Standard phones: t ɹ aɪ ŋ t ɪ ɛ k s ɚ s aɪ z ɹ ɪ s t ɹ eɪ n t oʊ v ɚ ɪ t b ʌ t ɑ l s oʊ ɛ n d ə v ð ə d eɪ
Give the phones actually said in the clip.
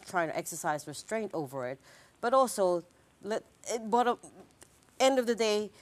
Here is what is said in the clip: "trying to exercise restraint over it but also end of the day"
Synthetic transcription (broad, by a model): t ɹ aɪ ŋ t ɪ ɛ k s ɚ s aɪ z ɹ ɪ s t ɹ eɪ n t oʊ v ɚ ɪ t b ʌ t ɑ l s oʊ ɛ n d ə v ð ə d eɪ